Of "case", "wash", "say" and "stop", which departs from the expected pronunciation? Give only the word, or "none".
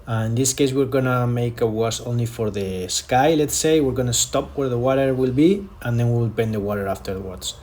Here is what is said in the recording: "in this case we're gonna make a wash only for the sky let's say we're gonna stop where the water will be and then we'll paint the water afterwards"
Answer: wash